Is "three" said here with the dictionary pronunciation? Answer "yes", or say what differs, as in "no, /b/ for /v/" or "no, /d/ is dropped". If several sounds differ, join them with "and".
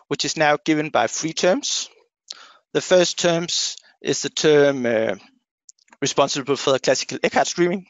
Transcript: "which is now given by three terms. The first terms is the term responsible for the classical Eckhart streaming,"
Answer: no, /f/ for /θ/